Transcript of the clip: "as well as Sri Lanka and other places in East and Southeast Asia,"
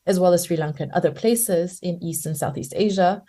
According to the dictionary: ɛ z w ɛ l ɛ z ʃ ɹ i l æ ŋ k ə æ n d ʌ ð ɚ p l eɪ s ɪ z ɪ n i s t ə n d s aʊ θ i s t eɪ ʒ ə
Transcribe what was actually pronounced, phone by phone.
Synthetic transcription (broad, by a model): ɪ z w ɛ l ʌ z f ɹ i l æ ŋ k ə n ʌ ð ɚ p l eɪ s ɪ z ɪ n i s t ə n s aʊ θ i s t eɪ ʒ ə